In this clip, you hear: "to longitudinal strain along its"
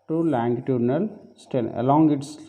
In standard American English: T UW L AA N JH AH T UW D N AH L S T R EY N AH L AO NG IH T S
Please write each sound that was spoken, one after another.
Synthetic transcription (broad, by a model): T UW L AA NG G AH T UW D N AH L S T EY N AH L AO NG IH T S